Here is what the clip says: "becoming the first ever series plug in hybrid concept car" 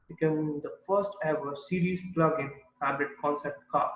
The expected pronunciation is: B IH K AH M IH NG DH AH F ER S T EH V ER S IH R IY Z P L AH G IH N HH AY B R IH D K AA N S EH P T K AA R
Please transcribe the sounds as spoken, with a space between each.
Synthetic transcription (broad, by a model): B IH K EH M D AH F ER S T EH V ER S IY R IY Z P L AH G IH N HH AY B IH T K AA N S EH P T K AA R